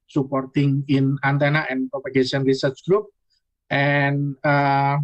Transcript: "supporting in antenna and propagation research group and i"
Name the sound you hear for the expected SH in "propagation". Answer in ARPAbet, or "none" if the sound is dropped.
S